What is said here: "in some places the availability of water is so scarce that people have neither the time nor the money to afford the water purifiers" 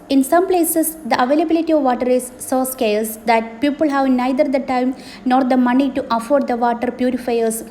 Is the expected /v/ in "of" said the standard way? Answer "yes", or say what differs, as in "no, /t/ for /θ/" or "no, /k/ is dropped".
yes